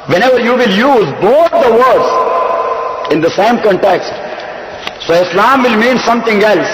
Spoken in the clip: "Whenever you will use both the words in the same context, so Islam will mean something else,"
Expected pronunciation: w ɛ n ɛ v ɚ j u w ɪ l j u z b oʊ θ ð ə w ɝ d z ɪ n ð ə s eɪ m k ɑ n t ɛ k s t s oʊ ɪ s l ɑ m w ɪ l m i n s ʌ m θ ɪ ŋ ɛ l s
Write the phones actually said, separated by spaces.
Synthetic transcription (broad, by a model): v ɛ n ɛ v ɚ j u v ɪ l j u z b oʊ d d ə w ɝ d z ɪ n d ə s eɪ m k ɑ n t ɛ k s t s oʊ ɪ s l ɑ m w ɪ l m i n s ʌ m t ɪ ŋ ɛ l s